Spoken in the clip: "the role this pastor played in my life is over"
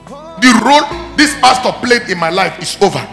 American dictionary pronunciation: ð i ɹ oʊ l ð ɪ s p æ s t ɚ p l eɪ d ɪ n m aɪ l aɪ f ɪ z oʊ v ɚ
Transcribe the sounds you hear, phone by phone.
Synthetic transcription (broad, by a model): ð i ɹ oʊ l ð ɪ s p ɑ s t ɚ p l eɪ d ɪ n m aɪ l aɪ f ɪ s oʊ v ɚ